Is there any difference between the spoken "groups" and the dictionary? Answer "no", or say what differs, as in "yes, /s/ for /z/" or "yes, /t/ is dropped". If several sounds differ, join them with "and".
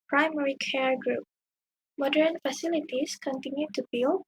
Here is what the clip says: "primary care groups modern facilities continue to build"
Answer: yes, /s/ is dropped